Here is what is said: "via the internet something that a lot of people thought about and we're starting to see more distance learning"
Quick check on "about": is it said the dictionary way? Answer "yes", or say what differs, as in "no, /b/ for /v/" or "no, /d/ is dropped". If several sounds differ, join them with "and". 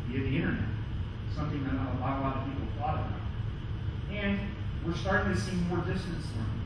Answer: no, /b/ is dropped and /t/ is dropped